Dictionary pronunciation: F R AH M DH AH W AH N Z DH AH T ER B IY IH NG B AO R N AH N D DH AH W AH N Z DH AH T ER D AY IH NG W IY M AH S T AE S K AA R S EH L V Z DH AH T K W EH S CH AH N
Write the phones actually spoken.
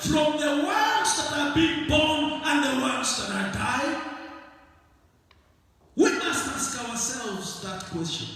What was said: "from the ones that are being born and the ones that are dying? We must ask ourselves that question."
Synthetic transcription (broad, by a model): F R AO M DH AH W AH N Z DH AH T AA B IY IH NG B AO N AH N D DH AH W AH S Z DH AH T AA D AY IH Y W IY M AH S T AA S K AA W S EH L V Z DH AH T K W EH S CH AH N